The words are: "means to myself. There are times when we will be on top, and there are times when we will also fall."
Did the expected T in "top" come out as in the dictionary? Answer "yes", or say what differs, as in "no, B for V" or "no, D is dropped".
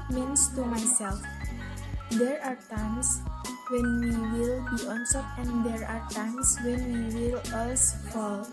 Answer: no, S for T